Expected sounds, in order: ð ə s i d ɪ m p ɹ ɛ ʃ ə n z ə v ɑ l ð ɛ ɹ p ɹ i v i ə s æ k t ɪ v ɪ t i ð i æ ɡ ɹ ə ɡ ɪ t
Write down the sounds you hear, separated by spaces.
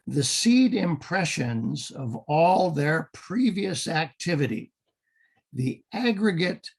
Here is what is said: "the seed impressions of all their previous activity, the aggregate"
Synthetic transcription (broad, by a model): ð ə s i d ɪ m p ɹ ɛ ʃ ə n z ə v ɑ l ð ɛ ɹ p ɹ i v i ə s æ k t ɪ v ɪ t i ð i æ ɡ ɹ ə ɡ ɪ t